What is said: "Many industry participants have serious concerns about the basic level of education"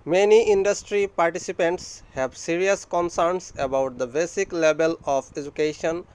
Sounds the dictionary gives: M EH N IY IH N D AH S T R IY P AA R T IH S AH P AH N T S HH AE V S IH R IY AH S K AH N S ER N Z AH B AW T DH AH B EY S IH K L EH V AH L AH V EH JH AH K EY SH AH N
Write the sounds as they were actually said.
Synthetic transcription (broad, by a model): M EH N IY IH N D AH S T R IY P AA R T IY S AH P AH N T S HH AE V S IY R IY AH S K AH N S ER N S AH B AW T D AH B EY S IH K L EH B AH L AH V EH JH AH K EY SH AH N